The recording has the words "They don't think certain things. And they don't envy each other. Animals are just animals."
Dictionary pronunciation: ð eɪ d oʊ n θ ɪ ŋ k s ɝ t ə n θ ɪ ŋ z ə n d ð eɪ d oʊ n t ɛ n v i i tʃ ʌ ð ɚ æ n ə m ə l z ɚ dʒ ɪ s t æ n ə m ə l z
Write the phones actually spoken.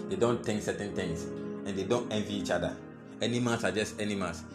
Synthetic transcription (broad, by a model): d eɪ d oʊ n t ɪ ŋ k s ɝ t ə n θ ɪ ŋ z ə n d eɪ d oʊ n t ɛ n v i i tʃ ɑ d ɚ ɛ n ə m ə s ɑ dʒ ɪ s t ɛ n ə m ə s